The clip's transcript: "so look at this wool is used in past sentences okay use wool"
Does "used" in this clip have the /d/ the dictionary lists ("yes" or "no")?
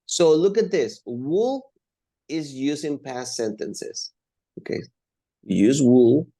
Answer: no